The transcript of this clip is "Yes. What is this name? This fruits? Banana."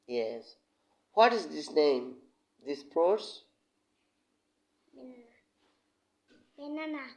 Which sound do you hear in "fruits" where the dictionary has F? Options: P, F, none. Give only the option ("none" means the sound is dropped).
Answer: P